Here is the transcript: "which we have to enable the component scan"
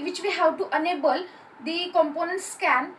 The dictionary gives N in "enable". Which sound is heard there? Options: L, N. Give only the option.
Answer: N